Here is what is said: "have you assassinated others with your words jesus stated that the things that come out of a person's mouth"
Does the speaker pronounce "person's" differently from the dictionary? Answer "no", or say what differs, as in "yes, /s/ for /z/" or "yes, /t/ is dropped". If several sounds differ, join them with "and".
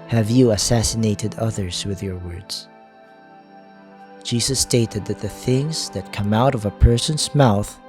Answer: no